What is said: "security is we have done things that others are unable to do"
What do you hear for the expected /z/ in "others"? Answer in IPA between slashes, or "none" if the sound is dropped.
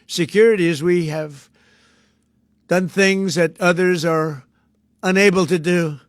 /z/